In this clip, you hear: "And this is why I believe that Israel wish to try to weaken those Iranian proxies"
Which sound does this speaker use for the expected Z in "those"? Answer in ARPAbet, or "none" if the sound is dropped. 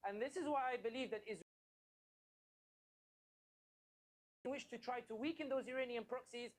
Z